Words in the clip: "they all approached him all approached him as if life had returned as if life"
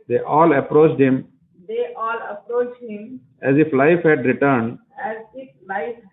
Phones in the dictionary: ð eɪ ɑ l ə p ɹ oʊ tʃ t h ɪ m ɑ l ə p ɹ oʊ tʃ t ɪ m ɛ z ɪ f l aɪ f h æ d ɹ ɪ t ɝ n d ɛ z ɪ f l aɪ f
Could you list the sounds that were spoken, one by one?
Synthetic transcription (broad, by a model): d eɪ ɑ l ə p ɹ oʊ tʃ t h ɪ m ɑ l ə p ɹ oʊ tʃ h ɪ m ɛ z ɪ f l aɪ f h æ d ɹ ɪ t ɝ n d ɛ z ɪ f l aɪ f